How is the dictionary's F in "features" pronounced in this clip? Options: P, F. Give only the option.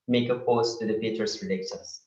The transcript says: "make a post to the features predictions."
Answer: P